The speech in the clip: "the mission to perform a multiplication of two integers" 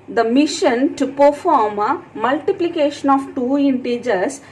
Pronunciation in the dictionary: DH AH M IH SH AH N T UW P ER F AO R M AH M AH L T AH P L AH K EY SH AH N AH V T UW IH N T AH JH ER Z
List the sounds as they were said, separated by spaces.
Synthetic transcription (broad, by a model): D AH M IH SH AH N T UW P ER F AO R M AH M AH L T AH P L AH K EY SH AH N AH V T UW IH N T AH JH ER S